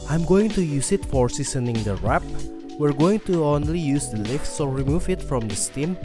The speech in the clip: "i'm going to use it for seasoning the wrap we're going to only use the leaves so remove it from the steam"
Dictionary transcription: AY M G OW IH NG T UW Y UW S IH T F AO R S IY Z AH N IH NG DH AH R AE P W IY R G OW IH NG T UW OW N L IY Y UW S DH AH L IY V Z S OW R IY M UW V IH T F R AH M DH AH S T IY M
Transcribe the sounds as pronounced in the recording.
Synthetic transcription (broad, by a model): AY M G OW IH NG T UW Y UW S IH T F AO R S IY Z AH N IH NG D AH R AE P W IY R G OW IH NG T UW OW N L IY Y UW S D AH L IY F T S OW R IY M UW V IH T F R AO M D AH S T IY M